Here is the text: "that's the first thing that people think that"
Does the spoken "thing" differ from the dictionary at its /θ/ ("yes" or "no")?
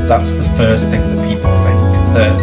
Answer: no